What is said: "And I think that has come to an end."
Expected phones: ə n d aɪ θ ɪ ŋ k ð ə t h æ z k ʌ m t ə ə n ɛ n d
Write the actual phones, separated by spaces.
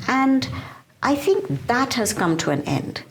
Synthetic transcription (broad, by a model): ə n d aɪ θ ɪ ŋ k ð ə t h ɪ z k ʌ m t ə ə n ɛ n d